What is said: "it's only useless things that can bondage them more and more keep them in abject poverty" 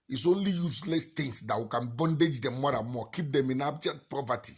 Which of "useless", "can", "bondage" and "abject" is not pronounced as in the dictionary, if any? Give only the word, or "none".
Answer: abject